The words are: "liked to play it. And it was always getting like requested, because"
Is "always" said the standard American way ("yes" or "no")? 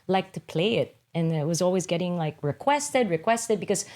yes